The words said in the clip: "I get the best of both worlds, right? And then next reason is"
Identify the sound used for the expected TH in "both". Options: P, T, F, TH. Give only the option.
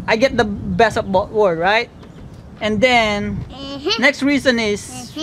T